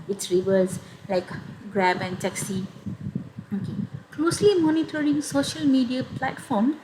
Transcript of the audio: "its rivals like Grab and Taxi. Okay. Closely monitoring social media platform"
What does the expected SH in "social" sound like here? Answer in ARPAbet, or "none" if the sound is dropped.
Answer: SH